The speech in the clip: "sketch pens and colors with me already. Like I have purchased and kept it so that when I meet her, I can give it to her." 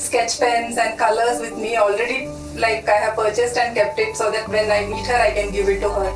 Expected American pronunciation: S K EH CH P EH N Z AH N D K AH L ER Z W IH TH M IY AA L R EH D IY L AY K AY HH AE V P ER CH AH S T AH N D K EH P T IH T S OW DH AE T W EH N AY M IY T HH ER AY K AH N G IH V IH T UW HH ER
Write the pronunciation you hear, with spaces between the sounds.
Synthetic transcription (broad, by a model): S K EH CH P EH N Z AH N D K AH L ER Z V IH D M IY AA L R EH D IY L AY K AY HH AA P ER CH AH S T AH N D K EH P T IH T S OW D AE T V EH N AY M IY T HH ER AY K AH N G IH V IH T UW HH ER